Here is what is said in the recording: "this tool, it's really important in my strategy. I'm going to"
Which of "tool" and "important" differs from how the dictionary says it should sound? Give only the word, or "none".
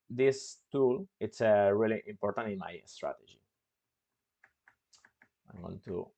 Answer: none